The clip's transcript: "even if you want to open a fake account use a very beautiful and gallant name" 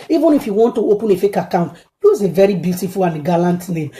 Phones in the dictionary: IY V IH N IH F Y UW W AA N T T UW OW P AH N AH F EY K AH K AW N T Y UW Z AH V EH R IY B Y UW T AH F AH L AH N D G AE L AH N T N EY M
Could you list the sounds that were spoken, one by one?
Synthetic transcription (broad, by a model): IY V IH N IH F Y UW W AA N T T UW OW P AH N AH F EY K AH K AW N T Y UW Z AH V EH R IY B Y UW T AH F AH L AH N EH G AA L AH N T N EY M